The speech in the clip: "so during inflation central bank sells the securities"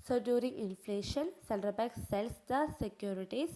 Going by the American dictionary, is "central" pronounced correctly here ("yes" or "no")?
no